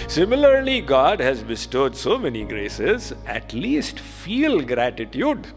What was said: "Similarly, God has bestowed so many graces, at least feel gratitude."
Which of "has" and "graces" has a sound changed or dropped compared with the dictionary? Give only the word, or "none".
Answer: none